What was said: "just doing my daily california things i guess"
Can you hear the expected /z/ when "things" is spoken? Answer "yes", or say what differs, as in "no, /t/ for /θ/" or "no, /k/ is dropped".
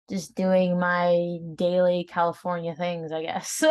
yes